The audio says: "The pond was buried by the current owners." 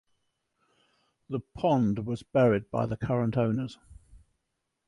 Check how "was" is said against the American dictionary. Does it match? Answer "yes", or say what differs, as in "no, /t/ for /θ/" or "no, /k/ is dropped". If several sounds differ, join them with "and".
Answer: yes